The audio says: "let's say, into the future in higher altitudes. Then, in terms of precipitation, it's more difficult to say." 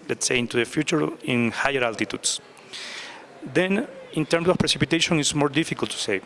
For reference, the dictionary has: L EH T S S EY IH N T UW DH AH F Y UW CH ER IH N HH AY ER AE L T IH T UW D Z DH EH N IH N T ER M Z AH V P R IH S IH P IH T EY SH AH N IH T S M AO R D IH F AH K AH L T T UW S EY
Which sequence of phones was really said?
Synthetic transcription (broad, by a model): L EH T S S EY IH N T UW DH AH F Y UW CH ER IH N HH AY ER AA L T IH T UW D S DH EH N IH N T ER M S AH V P R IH S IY P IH T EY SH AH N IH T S M AO R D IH F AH K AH L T T UW S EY